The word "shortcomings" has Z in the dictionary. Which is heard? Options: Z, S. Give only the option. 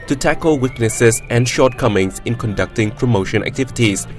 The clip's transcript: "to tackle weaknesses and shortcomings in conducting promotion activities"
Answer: S